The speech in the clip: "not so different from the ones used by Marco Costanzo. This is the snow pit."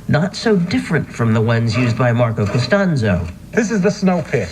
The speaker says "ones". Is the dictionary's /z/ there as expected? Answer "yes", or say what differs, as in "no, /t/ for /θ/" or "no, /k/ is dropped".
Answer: yes